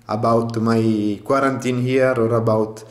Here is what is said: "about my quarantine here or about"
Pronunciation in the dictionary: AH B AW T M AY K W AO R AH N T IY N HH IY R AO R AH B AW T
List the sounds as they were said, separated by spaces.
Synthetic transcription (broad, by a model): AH B AW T M AY K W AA R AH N T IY N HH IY R AO R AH B AW T